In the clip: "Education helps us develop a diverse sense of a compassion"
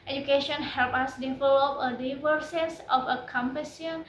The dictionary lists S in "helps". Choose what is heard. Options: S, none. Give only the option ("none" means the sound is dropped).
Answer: none